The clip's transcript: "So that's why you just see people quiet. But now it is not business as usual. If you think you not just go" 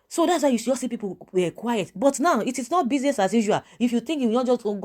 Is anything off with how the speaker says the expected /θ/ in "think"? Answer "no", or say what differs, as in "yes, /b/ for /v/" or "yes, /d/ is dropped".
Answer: yes, /t/ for /θ/